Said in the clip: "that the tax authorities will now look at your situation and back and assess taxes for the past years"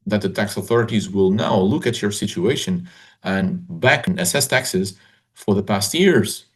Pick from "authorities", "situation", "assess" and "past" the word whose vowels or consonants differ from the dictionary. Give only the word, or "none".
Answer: none